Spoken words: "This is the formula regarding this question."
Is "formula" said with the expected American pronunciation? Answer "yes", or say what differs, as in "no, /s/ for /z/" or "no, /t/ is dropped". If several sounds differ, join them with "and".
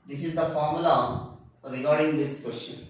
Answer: no, /l/ is dropped